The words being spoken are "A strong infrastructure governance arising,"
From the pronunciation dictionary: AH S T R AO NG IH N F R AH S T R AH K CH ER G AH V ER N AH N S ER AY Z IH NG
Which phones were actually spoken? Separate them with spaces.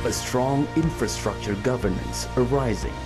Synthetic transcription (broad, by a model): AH S T R AO NG IH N F R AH S T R AH K CH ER G AH V ER N AH N S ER AY Z IH NG